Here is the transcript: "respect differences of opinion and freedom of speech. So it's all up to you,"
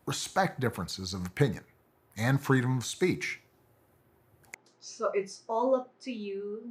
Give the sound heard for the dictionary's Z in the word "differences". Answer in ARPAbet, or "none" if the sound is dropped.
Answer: Z